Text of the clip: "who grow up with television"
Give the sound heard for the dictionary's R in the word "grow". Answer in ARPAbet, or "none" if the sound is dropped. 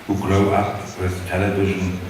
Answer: L